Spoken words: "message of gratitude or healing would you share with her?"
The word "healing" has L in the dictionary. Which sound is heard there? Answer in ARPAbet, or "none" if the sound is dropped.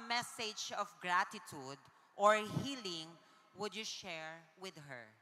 L